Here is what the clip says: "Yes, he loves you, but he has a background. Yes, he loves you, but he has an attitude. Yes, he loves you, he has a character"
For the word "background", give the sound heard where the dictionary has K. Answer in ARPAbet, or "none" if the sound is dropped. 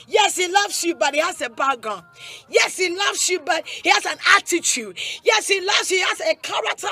none